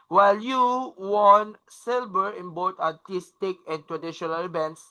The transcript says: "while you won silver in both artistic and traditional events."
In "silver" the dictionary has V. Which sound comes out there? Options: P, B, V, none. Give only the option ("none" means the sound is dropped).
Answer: B